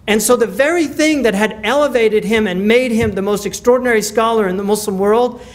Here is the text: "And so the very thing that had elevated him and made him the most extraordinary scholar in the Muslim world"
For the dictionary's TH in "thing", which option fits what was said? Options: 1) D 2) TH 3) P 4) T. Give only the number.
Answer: 2